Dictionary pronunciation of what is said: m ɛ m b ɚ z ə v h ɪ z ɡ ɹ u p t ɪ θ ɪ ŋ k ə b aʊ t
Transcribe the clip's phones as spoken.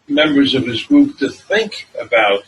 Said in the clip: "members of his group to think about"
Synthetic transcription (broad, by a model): m ɛ m b ɚ z ə v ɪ z ɡ ɹ u p t ɪ θ ɪ ŋ k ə b aʊ t